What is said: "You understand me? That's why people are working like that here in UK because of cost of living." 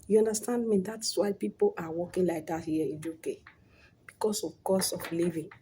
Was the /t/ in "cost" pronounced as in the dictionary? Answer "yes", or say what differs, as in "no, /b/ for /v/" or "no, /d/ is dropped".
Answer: no, /t/ is dropped